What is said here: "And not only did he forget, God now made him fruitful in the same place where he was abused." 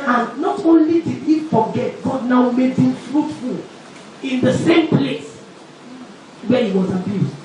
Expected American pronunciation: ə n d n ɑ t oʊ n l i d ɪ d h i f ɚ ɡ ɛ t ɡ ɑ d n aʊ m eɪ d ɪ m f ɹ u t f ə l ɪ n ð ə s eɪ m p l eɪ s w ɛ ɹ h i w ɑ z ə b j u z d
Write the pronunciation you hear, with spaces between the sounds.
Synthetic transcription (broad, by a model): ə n n ɑ t oʊ n l i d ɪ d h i f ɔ ɡ ɛ t ɡ ɑ d n aʊ m eɪ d ɪ m f ɹ u t f ə l ɪ n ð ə s eɪ m p l eɪ s w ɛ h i w ɑ z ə b j u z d